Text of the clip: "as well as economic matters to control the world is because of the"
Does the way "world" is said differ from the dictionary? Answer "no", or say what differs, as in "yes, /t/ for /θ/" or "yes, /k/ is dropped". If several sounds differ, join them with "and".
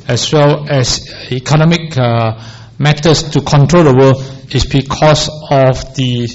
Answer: yes, /d/ is dropped